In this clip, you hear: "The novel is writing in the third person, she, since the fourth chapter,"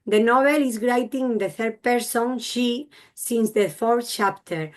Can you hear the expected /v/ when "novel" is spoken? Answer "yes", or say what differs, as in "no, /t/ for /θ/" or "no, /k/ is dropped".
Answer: no, /b/ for /v/